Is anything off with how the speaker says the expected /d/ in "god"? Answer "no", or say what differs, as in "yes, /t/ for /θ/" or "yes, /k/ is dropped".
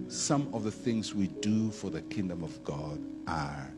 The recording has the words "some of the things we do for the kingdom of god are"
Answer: no